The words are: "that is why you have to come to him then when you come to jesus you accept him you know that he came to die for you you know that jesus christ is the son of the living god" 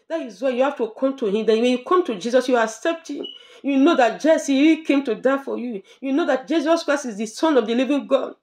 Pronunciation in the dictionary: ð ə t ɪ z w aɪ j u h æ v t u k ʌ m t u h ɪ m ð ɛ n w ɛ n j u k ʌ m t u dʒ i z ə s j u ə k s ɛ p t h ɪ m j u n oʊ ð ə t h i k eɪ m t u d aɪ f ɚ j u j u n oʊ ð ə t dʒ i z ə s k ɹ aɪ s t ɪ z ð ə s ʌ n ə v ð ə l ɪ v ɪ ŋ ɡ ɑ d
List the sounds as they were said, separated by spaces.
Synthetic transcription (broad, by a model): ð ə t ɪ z w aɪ j u h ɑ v t u k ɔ m t u h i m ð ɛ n w ɛ n j u k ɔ m t u dʒ i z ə s j u ə k s ɛ p t h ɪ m j u n oʊ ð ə t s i k eɪ m t u d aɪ f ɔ j u j u n oʊ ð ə t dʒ i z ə s k ɹ aɪ s t ɪ z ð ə s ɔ n ə v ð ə l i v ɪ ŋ ɡ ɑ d